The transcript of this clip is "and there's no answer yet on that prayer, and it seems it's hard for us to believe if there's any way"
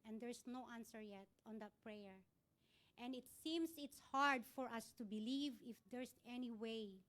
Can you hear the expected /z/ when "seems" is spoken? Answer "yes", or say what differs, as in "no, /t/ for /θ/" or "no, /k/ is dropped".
no, /s/ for /z/